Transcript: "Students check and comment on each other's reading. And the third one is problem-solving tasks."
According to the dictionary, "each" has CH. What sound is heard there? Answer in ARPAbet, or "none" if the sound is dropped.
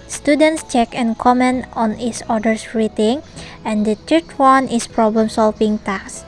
S